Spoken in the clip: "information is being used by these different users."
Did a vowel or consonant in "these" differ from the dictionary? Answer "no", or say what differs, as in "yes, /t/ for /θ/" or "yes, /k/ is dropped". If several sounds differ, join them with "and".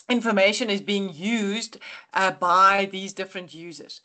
no